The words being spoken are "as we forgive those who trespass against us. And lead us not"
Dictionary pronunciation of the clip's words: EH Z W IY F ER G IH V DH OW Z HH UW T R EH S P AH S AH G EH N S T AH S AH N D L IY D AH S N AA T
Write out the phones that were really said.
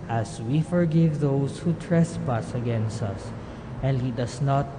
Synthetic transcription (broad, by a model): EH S W IY F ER G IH V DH OW S HH UW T R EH S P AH S AH G EH N S T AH S AH N D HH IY D AH S N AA T